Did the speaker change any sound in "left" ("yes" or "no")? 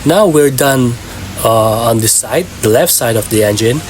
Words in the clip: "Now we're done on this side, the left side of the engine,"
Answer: no